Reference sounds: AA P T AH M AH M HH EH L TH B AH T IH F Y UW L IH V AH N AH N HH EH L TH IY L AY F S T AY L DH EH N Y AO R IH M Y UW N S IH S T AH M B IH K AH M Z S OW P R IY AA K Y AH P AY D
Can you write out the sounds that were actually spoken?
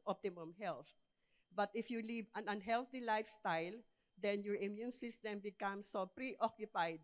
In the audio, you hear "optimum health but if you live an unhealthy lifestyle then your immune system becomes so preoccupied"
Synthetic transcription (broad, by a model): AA P T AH M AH M HH EH L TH B AH T IH F Y UW L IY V AH N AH N HH EH L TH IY L AY F S T AY L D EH N Y AO R IH M Y UW N S IH S T AH M B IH K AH M S OW P R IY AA K Y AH P AY D